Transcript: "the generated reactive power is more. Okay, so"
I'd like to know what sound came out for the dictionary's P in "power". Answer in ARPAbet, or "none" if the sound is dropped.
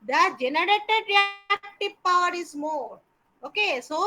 P